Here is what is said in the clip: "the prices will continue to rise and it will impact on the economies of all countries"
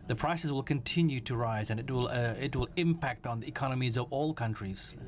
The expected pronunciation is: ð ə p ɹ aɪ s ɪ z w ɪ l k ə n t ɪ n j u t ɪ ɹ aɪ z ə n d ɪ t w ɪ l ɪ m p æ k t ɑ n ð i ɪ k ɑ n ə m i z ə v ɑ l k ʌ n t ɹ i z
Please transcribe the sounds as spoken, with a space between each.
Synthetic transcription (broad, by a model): ð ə p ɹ aɪ s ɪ s w ɪ l k ə n t ɪ n j u t ɪ ɹ aɪ z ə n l ɪ t w ɪ l ɪ m p æ k t n ð i ɪ k ɑ n ə m i z ə v ɑ l k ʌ n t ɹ i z